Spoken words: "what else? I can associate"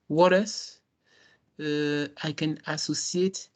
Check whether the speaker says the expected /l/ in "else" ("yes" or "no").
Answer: no